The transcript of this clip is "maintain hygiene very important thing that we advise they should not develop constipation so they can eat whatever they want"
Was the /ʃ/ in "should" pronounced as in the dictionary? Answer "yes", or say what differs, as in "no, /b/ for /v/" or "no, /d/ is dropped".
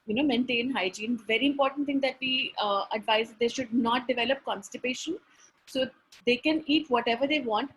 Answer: yes